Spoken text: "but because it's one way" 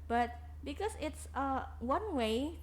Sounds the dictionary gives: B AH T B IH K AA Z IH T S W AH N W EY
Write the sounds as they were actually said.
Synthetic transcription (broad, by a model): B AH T B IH K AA S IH T S W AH N W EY